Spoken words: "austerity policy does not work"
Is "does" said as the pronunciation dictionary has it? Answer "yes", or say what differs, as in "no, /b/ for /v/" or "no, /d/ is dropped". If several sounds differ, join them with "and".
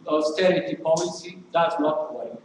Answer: no, /s/ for /z/